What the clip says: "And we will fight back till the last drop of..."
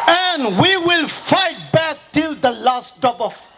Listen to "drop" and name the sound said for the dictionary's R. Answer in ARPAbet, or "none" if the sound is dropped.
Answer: none